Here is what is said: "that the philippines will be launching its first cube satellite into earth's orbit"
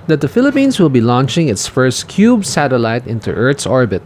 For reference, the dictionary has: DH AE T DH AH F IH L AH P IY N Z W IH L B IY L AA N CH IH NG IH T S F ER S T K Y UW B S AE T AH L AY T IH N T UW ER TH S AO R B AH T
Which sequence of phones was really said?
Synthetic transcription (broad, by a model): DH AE T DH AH F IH L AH P IY N S W IH L B IY L AA N CH IH NG IH T S F ER S T K Y UW B S AE T AH L AY T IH N T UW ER T S AO R B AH T